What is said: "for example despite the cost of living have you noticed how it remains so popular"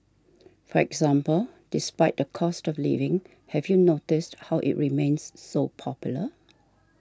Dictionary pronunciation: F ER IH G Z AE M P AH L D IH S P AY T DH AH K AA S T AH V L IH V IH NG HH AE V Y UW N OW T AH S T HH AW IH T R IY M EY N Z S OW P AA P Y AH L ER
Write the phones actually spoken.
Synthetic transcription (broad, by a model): F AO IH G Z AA M P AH L D IH S P AY T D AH K AA S T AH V L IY V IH NG HH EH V Y UW N OW T AH S T HH AW IH T R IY M EY N S OW P AA P Y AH L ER